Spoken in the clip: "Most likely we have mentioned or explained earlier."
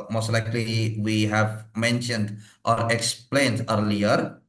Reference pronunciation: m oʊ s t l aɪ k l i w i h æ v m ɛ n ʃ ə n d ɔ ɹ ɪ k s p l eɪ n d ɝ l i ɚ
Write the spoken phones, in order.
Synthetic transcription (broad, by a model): m oʊ s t l aɪ k l i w i h æ v m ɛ n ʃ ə n d ɔ ɹ ɪ k s p l eɪ n d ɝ l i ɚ